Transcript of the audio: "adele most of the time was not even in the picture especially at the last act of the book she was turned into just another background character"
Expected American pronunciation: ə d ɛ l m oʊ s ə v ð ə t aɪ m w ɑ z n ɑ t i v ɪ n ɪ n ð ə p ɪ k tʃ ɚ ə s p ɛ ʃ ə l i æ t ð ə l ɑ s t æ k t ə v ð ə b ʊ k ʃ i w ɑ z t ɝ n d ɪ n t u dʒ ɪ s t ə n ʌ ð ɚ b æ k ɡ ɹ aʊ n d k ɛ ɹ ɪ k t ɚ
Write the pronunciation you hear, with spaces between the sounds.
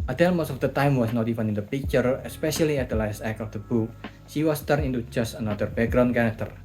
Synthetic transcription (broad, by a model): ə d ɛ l m oʊ s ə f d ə t aɪ m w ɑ s n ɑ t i f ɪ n ɪ n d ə p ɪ k tʃ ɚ ə s p ɛ ʃ ə l i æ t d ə l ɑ s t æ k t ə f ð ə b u k ʃ i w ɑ s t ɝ d ɪ n t u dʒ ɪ s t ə n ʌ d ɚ b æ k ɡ ɹ aʊ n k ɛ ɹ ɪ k t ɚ